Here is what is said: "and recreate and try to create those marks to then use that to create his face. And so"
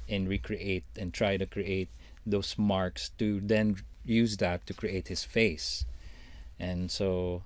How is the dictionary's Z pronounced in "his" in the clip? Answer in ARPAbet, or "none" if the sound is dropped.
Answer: S